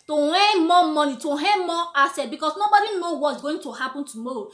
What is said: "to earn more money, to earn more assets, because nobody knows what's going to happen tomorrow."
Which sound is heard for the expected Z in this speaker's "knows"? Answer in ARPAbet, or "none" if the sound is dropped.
none